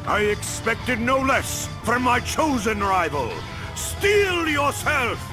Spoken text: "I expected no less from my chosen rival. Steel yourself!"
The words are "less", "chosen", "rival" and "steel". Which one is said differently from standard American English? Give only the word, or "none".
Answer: none